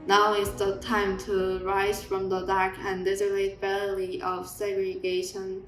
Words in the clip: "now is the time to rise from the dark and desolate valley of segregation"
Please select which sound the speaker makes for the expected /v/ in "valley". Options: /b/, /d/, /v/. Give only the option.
/b/